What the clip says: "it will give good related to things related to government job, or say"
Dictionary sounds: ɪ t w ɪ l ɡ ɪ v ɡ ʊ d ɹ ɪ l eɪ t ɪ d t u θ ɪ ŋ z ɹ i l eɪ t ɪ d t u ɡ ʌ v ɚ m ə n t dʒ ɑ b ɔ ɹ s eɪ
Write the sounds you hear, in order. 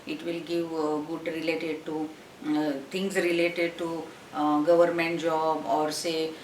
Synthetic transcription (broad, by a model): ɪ t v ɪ l ɡ ɪ v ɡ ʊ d ɹ ɪ l eɪ t ɪ d t u t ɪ ŋ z ɹ i l eɪ t ɪ d t u ɡ ʌ v ɚ m ə n t dʒ ɑ b ɔ ɹ s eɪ